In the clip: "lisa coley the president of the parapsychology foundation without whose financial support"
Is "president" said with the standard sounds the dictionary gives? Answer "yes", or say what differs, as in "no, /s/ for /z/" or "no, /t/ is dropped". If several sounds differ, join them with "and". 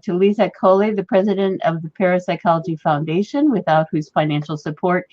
yes